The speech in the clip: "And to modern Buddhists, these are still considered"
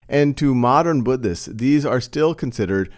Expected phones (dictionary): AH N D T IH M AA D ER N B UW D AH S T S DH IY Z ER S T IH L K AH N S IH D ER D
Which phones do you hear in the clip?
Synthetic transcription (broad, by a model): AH N T IH M AA D ER N B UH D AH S S DH IY Z ER S T IH L K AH N S IH D ER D